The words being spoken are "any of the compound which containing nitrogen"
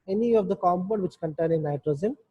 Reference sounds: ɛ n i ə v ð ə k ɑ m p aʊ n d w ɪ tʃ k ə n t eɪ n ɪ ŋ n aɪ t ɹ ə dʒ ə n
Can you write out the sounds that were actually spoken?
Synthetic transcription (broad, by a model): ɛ n i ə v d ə k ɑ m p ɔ d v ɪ tʃ k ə n t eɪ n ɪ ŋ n aɪ t ɹ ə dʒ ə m